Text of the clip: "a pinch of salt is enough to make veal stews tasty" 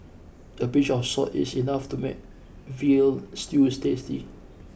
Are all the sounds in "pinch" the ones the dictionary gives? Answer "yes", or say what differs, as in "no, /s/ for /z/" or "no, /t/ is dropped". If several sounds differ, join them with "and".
no, /b/ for /p/ and /n/ is dropped